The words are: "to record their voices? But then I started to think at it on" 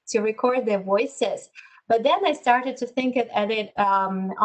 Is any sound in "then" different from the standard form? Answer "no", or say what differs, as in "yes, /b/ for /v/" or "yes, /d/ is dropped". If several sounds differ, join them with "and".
no